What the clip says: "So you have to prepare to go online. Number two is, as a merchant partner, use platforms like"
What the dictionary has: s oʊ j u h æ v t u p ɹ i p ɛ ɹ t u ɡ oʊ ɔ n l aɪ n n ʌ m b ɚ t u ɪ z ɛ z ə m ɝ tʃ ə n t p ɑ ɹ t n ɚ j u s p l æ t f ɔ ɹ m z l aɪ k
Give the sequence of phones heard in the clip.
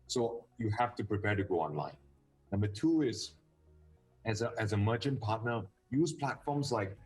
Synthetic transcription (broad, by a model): s oʊ j u h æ f t u p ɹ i p ɛ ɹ t u ɡ oʊ ɔ n l aɪ n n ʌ m b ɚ t u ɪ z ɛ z ə m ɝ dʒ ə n p ɑ t n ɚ j u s p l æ t f ɔ m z l aɪ k